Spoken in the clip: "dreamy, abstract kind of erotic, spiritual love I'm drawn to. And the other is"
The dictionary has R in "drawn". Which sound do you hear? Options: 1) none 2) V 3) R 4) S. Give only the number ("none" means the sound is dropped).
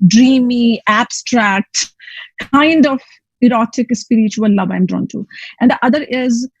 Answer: 3